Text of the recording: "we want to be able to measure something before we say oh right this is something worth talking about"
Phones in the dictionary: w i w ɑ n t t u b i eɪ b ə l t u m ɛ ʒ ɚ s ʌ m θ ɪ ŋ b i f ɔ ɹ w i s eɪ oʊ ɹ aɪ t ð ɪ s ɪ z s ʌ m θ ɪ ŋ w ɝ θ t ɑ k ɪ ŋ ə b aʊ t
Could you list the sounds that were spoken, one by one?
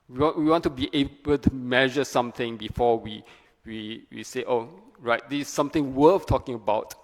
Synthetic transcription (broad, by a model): w i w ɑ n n t u b i eɪ b ə l t u m ɛ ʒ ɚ s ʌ m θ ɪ ŋ b i f ɔ w w i s eɪ oʊ ɹ aɪ t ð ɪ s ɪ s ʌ m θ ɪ ŋ w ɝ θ t ɑ k ɪ ŋ ə b aʊ t